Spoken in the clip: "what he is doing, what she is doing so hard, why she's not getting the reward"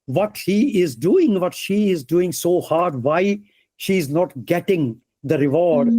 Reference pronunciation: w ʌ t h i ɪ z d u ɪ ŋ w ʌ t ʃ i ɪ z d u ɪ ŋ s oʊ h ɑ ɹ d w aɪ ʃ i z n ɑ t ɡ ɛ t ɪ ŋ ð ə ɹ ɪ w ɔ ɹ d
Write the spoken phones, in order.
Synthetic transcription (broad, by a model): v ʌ t h i ɪ z d u ɪ ŋ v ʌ t ʃ i ɪ z d u ɪ ŋ s oʊ h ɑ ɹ d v aɪ ʃ i z n ɑ t ɡ ɛ t ɪ ŋ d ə ɹ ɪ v ɔ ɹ d